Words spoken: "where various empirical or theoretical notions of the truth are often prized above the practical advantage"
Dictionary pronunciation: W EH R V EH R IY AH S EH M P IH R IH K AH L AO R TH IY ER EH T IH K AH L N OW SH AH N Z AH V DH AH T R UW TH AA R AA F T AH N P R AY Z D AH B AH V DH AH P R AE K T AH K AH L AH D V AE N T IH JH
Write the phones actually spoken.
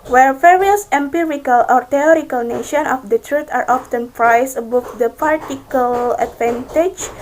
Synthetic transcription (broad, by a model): W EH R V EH R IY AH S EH M P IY R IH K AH L AO R T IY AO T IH K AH L N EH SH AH N AH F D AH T R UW T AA R AA F T AH N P R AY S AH B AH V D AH P AA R T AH K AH L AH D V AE N T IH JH